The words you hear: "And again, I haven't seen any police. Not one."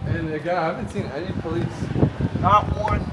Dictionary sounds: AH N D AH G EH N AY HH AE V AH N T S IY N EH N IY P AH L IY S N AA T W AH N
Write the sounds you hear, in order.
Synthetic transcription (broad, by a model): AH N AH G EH AY HH AE V AH N T S IY N EH N IY P AH L IY S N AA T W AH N